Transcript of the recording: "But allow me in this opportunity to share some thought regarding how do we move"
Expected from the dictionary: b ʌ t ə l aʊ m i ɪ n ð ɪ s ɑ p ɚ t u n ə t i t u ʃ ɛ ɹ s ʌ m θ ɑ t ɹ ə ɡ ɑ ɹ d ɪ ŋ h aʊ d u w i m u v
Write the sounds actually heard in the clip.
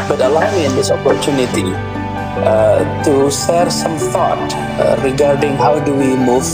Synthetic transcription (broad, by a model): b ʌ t ə l aʊ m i ɪ n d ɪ s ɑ p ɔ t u n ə t i t u s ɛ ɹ s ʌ m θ ɑ t ɹ ə ɡ ɑ ɹ d ɪ ŋ h aʊ d u w i m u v